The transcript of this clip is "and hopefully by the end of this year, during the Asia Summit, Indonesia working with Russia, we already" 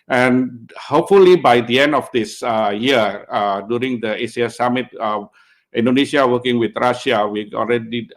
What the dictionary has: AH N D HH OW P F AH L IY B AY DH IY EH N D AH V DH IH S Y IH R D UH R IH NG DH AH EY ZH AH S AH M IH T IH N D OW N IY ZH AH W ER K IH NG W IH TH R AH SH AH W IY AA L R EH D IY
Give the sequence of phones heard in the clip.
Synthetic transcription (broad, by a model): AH N HH OW P F AH L IY B AY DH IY EH N D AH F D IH S Y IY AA D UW R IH NG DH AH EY S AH S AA M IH T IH N D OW N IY SH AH W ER K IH NG W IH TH R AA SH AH W IY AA L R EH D IY